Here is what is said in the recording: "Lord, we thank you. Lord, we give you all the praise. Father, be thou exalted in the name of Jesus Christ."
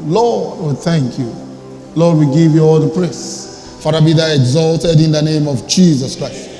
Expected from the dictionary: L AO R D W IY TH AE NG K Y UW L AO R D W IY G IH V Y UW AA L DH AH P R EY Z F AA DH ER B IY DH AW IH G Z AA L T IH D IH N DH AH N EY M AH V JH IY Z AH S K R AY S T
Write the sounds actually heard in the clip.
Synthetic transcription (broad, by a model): L AO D W IY TH AE NG K Y UW L AO D W IY G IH V Y UW AA L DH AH P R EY S F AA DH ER B IY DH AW IH G Z AA L T IH D IH N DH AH N EY M AH V JH IY Z AH S K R AY S T